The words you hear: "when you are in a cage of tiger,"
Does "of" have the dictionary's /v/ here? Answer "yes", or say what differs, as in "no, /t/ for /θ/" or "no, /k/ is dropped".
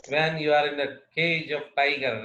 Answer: no, /p/ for /v/